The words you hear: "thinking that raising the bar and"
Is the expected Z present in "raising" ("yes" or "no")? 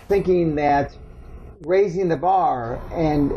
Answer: yes